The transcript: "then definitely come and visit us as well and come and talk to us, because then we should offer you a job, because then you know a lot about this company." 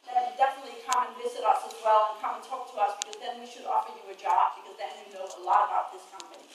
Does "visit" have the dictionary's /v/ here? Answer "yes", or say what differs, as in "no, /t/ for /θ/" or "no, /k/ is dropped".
yes